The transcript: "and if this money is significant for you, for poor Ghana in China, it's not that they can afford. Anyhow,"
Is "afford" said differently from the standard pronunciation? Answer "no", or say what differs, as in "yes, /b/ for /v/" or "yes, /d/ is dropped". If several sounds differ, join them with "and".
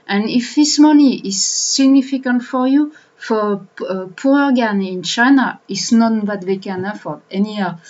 yes, /d/ is dropped